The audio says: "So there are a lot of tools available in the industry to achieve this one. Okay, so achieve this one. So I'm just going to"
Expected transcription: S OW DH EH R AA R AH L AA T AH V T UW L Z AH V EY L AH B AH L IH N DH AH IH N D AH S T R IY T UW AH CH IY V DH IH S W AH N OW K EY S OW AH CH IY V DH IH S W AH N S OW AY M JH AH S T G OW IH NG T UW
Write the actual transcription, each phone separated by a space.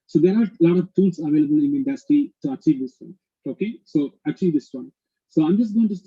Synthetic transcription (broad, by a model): S OW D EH R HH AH L AA T AH V T UW L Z AH V EY L AH B AH L IH N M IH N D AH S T IY T UW AH CH IY V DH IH S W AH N OW K EY S OW AH CH IY V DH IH S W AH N S OW AY M JH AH S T G OW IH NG T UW